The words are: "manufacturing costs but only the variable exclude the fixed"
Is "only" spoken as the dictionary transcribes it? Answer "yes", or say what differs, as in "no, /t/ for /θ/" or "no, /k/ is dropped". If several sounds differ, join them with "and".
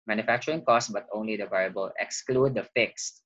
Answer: yes